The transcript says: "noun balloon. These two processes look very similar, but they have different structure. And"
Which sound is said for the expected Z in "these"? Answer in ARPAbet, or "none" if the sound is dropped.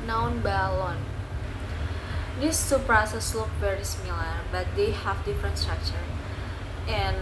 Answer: S